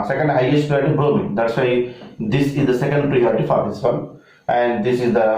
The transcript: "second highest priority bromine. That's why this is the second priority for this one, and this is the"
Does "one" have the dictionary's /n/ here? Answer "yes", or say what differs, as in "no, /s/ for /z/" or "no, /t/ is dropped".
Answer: no, /l/ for /n/